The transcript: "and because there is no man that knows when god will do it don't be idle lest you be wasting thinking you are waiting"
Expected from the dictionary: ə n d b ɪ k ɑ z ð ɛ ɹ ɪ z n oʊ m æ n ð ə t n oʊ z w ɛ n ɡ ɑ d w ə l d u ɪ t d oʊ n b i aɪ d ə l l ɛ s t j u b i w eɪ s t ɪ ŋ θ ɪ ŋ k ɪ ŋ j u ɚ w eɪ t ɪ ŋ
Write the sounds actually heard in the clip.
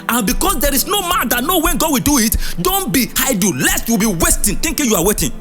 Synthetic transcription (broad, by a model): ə n b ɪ k ɑ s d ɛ ɹ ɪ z n oʊ m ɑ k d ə t n oʊ w ɛ n ɡ ɑ d w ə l d u ɪ t d oʊ n b i aɪ d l l ɛ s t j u b i w eɪ s t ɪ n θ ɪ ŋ k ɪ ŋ j u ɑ w eɪ t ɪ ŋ